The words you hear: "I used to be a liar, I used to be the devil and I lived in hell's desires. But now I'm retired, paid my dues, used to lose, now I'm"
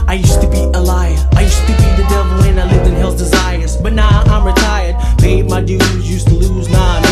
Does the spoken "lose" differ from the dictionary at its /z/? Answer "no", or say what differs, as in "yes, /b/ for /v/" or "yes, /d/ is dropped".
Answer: no